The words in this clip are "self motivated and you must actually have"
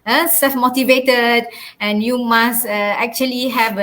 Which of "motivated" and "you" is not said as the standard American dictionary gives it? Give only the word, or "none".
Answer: none